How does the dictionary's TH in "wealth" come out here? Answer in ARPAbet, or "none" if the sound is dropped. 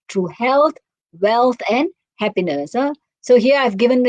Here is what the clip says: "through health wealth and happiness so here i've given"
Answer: T